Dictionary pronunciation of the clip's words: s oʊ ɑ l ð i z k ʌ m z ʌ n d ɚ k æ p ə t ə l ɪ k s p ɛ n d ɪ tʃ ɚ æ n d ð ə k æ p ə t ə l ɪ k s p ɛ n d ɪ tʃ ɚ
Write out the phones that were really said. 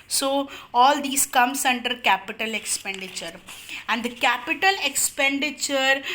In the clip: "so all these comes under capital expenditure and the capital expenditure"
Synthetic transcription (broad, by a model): s oʊ ɑ l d i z k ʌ m s ʌ n d ɚ k æ p ə t ə l ɪ k s p ɛ n d ɪ tʃ ɚ æ n d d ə k æ p ə t ə l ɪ k s p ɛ n d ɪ tʃ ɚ